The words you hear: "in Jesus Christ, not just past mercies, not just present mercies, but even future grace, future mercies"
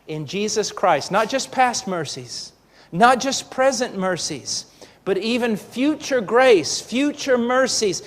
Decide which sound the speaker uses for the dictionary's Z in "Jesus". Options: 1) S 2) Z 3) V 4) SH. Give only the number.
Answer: 2